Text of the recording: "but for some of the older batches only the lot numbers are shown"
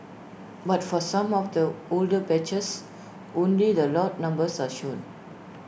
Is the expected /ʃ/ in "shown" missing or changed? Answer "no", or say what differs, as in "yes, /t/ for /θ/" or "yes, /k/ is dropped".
no